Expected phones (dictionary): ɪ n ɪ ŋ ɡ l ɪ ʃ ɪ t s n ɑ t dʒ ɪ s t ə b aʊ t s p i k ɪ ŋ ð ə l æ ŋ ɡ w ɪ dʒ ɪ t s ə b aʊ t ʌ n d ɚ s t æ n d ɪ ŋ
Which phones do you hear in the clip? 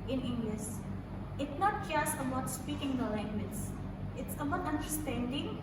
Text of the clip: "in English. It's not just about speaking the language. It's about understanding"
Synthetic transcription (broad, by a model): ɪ n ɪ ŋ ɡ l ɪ s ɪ t n ɑ t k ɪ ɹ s ə b aʊ t s p i k ɪ ŋ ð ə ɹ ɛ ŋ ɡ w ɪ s ɪ t s ə b aʊ t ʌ n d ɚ s t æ n d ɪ ŋ